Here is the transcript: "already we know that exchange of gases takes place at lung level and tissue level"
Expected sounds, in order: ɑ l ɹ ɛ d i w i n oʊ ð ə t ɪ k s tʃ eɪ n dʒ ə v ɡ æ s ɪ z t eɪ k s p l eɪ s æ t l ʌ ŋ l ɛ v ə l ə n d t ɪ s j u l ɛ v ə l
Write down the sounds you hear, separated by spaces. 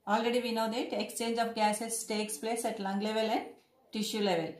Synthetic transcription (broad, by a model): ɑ l ɹ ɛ d i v i n oʊ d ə t ɪ k s tʃ eɪ n dʒ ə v ɡ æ s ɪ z t eɪ k s p l eɪ s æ t l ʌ ŋ l ɛ v ə l ə n d t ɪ ʃ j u l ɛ v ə l